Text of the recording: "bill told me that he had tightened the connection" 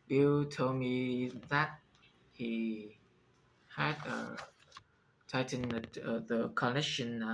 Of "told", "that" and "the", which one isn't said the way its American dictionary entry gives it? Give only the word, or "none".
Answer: told